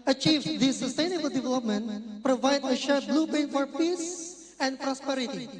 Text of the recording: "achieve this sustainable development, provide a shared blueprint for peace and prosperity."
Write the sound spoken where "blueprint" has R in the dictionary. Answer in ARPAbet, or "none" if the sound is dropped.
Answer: none